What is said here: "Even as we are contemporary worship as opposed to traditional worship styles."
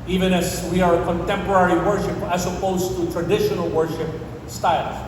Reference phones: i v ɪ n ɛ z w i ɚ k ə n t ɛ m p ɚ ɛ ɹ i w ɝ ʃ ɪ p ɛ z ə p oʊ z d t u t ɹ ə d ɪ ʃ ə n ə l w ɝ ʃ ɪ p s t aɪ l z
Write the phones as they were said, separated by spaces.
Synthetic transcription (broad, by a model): i v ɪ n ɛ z w i ɚ k ə n t ɛ m p ɚ ɛ ɹ i w ɝ ʃ ɪ p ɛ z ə p oʊ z t u t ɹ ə d ɪ ʃ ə n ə l w ɝ ʃ ɪ p s t aɪ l